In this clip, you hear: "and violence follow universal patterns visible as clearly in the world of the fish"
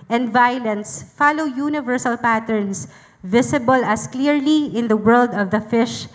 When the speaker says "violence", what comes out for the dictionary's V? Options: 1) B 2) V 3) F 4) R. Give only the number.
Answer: 2